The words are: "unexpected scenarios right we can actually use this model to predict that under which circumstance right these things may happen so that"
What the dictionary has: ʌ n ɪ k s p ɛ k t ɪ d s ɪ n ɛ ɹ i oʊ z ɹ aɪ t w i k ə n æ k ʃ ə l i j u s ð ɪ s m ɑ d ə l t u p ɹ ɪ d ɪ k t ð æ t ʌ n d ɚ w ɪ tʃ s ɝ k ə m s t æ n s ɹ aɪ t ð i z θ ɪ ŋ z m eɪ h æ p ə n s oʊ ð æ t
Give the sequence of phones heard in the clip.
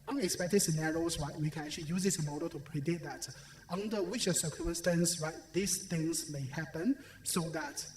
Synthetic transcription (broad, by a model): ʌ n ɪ k s p ɛ k t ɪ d s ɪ n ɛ ɹ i oʊ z ɹ aɪ t w i k ə n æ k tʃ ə l i j u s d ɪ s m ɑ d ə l t u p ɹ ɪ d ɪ t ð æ t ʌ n d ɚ w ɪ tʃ s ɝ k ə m s t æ n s ɹ aɪ t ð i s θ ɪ ŋ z m eɪ h æ p ə n s oʊ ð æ t